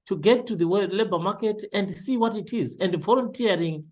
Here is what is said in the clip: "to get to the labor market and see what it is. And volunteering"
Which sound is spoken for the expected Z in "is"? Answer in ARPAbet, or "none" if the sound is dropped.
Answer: Z